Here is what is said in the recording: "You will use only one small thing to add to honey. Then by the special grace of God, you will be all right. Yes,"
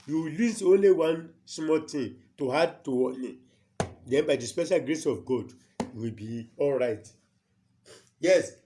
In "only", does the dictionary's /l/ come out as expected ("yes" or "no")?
yes